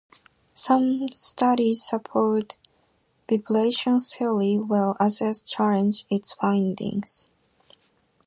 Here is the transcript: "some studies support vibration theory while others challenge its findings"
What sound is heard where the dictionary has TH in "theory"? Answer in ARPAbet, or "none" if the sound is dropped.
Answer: S